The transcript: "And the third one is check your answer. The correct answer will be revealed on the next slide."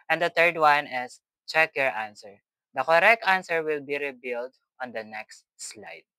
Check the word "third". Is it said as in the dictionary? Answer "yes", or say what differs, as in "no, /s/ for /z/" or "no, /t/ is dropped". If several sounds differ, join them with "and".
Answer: no, /t/ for /θ/